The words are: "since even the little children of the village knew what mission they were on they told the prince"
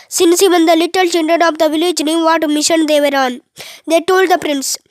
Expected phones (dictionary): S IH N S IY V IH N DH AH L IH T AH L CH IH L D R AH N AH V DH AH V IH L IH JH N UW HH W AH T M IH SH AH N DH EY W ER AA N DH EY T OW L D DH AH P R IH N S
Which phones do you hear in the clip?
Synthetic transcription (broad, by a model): S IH N S IY V IH N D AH L IH T AH L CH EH N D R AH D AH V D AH V IH L IH JH N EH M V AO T M IH SH AH N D EY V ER AA N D EY T OW L D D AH P R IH N S